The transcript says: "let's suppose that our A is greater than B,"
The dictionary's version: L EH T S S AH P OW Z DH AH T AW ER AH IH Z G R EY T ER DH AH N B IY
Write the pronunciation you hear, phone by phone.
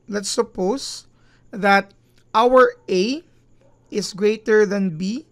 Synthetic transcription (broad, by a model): L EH T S S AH P OW S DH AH T AW ER AH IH S G R EY T ER DH AH N B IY